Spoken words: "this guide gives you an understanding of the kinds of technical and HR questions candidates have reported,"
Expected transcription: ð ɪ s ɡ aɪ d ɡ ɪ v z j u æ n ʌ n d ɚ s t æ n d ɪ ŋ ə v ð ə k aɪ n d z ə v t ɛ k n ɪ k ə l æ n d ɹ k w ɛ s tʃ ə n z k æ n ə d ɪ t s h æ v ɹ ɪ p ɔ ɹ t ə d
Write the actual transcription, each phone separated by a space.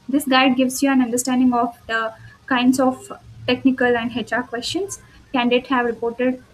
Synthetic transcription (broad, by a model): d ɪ s ɡ aɪ d ɡ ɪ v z j u æ n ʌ n d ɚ s t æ n d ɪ ŋ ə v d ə k aɪ n d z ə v t ɛ k n ɪ k ə l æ n d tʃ k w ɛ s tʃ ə n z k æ n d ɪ t h æ v ɹ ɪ p ɔ ɹ t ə d